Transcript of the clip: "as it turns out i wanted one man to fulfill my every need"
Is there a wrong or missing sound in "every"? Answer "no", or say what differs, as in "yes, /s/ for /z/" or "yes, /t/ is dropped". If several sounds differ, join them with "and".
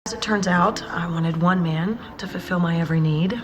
no